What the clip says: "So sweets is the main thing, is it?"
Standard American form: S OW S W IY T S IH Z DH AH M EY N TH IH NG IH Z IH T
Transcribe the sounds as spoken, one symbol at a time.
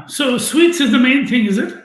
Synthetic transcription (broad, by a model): S OW S W IY T S IH Z DH AH M EY N TH IH NG IH Z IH T